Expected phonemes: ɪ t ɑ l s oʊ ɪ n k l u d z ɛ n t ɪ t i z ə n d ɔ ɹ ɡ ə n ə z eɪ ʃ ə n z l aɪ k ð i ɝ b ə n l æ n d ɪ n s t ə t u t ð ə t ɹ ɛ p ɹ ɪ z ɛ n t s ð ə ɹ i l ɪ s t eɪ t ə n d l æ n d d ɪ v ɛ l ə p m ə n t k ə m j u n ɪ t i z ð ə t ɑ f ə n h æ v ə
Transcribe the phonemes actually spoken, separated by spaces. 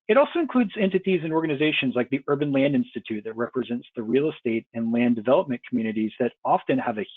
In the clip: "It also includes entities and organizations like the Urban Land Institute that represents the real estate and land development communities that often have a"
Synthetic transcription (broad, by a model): ɪ t ɑ l s oʊ ɪ n k l u d z ɛ n t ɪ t i z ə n ɔ ɹ ɡ ə n ə z eɪ ʃ ə n z l aɪ k ð i ɝ b ə n l æ n d ɪ n s t ə t u t ð ə t ɹ ɛ p ɹ ɪ z ɛ n t s ð ə ɹ i l ɪ s t eɪ t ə n l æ n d d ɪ v ɛ l ə p m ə n k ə m j u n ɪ t i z ð ə t ɑ f ə n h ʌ v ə